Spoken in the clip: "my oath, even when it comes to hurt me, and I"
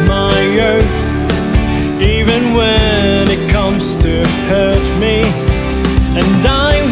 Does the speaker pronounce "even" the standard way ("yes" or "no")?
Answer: yes